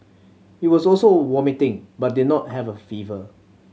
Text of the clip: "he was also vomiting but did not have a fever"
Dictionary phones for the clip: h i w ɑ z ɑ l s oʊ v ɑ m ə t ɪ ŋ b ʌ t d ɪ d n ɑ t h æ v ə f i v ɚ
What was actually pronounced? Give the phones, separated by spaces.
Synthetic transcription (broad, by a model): h i w ɑ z ɑ l s oʊ w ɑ m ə t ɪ ŋ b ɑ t d ɪ d n ɑ t h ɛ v ə f i v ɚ